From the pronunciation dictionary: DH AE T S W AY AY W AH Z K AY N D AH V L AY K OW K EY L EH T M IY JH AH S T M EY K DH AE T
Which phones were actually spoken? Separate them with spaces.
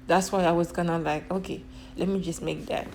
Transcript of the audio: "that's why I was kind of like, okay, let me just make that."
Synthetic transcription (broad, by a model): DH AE T S W AY AY W AH Z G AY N AH L AY K OW K EY L EH T M IY JH AH S T M EY K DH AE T